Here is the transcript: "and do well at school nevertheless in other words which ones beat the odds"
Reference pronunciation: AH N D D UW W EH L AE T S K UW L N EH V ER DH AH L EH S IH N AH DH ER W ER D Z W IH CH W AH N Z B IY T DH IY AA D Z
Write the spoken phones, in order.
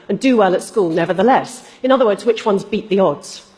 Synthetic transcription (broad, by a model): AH N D D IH W EH L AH T S K UW L N EH V ER DH AH L EH S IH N AH DH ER W ER D Z W IH CH W AH N Z B IY T DH IY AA D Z